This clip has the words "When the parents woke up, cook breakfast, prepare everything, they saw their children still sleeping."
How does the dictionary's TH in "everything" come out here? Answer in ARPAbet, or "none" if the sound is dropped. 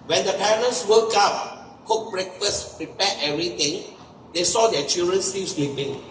T